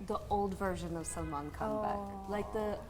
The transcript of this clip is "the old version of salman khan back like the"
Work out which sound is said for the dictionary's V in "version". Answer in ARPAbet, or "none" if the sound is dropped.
V